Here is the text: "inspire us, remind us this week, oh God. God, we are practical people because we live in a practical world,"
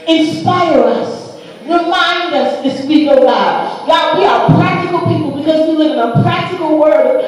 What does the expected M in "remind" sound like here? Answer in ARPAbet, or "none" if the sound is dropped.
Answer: M